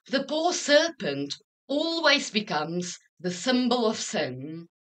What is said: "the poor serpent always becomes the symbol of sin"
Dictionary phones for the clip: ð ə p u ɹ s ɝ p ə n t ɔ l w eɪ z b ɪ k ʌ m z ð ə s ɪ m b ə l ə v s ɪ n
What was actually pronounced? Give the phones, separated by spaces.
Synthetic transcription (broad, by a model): ð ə p u ɹ s ɝ p ə n t ɔ l w eɪ z b ɪ k ʌ m z ð ə s ɪ m b ə l ə v s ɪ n